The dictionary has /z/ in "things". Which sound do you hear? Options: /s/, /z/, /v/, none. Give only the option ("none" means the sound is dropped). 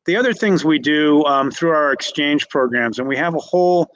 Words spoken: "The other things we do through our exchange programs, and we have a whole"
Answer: /z/